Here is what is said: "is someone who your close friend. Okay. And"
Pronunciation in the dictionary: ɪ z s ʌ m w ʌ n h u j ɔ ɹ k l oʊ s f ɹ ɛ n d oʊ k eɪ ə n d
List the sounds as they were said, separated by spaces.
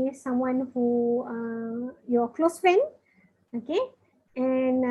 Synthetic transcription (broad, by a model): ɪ s ʌ m w ʌ n h u j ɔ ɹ k l oʊ s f ɛ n oʊ k eɪ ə n